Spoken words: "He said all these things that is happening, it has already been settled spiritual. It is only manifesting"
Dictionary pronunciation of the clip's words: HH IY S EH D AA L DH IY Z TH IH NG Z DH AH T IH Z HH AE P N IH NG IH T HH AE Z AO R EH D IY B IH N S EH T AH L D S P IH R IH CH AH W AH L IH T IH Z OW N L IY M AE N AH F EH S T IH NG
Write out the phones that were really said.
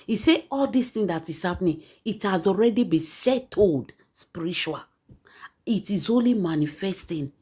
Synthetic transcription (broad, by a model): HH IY S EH AA L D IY S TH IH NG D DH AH T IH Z HH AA P N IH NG IH T HH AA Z AO R EH D IY B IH S EH T AH L D S P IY R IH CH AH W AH L IH T IH Z OW N L IY M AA N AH F EH S T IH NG